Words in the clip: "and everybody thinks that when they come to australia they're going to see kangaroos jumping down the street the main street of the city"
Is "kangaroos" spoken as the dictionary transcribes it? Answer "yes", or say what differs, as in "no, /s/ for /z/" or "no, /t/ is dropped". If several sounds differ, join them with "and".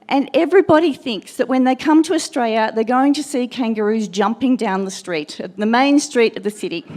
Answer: yes